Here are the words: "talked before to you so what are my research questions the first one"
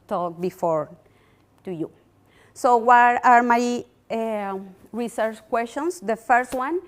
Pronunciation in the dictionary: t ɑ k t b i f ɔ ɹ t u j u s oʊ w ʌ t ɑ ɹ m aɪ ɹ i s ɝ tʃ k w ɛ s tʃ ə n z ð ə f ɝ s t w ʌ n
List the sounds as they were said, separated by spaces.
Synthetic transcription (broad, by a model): t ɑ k b i f ɔ ɹ t u j u s oʊ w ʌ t ɑ ɹ m aɪ ɹ i s ɝ tʃ k w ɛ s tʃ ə n s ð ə f ɝ s t w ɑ n